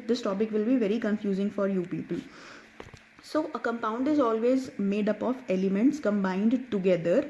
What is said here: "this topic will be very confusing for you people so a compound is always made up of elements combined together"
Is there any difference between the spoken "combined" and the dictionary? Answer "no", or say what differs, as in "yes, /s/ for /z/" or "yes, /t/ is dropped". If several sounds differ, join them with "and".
no